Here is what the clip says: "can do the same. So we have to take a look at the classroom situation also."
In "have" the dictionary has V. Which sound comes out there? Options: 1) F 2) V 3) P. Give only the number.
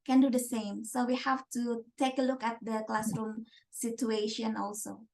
1